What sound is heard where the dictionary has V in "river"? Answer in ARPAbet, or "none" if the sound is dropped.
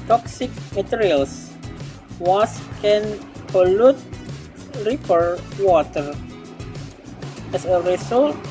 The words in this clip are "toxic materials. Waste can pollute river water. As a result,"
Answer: P